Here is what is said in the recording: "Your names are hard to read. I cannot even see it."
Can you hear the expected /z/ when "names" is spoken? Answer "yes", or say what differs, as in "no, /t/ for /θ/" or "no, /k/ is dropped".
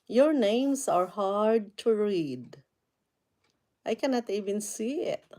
no, /s/ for /z/